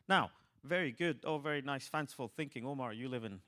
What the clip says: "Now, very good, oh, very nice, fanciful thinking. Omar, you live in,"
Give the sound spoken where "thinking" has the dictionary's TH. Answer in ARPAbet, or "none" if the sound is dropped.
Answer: TH